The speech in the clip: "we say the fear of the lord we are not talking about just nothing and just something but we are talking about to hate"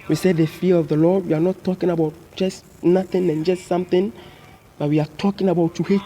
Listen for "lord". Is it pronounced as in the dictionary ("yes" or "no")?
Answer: yes